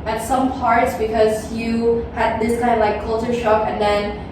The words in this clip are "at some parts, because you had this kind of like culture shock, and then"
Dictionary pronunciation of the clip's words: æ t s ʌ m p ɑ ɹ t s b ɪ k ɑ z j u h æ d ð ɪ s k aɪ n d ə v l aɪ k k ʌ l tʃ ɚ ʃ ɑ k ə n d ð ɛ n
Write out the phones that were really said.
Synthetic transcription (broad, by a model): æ t s ʌ m p ɑ ɹ t s b ɪ k ɑ z j u h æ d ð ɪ s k aɪ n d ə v l aɪ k k ʌ l tʃ ɚ ʃ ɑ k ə n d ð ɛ n